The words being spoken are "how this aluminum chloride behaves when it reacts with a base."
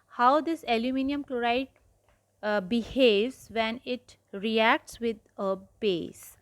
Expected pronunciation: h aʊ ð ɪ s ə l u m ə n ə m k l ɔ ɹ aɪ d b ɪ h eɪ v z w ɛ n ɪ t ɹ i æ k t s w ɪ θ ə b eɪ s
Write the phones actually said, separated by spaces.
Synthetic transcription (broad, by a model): h aʊ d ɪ s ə l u m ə n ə m k l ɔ ɹ aɪ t b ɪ h eɪ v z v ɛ n ɪ t ɹ i æ k t s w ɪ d ə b eɪ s